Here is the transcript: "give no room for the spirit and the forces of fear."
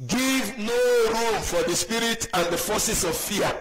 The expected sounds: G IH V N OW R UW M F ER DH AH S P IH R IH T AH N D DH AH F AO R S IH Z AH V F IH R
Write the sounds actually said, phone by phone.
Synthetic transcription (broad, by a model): G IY V N OW R UW M F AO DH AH S P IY R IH T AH N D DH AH F AO S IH S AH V F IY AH